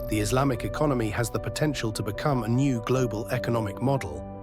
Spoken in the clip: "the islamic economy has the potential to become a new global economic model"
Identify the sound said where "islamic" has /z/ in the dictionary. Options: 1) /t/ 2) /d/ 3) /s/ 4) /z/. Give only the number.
4